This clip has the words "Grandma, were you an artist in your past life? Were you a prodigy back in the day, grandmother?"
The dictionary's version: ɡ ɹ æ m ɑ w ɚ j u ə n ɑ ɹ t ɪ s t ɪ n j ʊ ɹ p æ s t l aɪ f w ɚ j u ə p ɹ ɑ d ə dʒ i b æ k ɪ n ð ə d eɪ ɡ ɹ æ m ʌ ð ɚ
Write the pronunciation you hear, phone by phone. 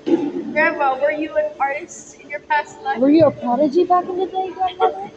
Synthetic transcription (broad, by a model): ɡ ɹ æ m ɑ w ɚ j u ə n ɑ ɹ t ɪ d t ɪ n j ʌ ɹ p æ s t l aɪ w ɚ j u ə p ɑ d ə dʒ i b æ k ɪ n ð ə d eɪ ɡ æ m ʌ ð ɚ